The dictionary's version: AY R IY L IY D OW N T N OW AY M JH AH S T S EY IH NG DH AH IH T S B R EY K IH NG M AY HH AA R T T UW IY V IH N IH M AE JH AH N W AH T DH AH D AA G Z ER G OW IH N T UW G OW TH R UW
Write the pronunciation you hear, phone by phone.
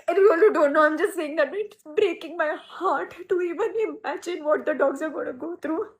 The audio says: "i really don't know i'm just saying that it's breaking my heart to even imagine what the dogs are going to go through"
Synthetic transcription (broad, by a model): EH W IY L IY D OW N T N OW AY M JH AH S T S EY IH NG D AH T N B R EY K IH NG M AY HH AA R T T UW IY V IH N IH M AE JH AH N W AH T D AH D AA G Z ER G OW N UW G OW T R UW